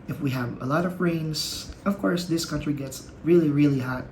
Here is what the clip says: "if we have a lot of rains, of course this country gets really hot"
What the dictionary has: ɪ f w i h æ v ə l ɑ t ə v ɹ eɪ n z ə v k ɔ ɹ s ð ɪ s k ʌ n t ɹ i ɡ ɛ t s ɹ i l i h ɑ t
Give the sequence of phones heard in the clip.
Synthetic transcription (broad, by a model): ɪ f w i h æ v ə l ɑ t ə v ɹ eɪ n s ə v k ɔ ɹ s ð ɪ s k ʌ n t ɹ i ɡ ɛ t s ɹ i l i h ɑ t